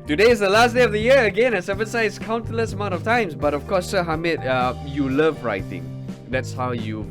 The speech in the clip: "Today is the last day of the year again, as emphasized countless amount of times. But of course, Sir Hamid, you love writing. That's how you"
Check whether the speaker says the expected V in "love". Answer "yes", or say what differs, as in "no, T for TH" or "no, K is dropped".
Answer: yes